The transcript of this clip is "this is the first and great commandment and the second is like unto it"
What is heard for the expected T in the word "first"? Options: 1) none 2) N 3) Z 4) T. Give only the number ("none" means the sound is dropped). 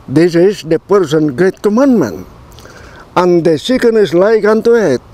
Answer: 1